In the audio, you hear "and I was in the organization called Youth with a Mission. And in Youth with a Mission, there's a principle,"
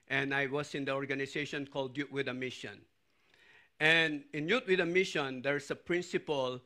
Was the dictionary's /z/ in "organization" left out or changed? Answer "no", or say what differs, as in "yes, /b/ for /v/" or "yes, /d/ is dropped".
yes, /s/ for /z/